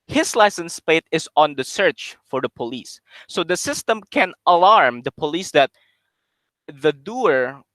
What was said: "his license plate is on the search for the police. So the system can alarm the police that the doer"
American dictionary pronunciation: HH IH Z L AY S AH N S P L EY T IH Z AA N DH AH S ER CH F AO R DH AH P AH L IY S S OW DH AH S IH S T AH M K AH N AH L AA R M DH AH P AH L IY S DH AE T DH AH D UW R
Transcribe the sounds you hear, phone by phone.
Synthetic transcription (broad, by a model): HH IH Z L AY S AH N S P EY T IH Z AA N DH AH S ER CH F AO R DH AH P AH L IY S S OW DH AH S IH S T AH M K AH N AH L AA R M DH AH P AH L IY S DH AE T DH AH D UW R